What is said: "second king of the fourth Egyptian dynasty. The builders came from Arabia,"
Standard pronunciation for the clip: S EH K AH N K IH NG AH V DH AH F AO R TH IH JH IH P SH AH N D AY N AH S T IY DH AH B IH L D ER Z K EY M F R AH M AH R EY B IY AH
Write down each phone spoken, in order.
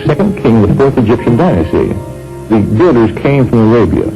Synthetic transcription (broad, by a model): S EH K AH N K IH NG AH V DH AH F AO R TH IH JH IH P SH AH N D AY N AH S T IY DH AH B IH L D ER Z K EY M F R AH M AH R EY B IY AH